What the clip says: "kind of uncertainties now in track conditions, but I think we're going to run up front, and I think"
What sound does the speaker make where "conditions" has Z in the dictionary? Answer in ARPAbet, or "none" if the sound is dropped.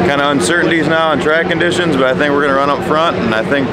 Z